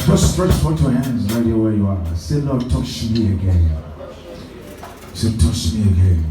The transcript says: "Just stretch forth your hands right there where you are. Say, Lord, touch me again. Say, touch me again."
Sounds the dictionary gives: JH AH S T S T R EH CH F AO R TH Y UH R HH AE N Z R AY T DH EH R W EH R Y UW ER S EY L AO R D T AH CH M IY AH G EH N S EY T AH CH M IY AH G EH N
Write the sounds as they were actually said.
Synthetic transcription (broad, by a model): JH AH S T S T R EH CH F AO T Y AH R HH AE N Z R AY T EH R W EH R Y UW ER S EY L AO T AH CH M IY AH G EH N S EY T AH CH M IY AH G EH N